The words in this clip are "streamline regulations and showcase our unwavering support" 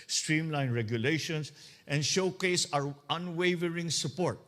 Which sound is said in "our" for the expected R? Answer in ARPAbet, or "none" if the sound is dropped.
R